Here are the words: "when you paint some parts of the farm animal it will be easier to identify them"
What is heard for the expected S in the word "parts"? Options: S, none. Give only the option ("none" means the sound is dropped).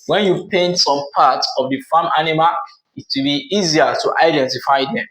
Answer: none